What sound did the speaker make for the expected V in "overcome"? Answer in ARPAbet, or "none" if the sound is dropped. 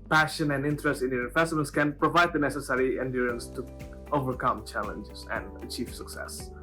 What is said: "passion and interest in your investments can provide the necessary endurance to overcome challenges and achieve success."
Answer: V